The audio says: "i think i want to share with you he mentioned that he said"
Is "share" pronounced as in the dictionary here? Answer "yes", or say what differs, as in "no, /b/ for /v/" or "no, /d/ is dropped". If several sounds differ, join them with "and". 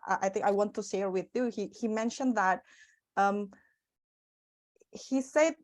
no, /s/ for /ʃ/